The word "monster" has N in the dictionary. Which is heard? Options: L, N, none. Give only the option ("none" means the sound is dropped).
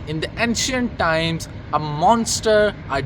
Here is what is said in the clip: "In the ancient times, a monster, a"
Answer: N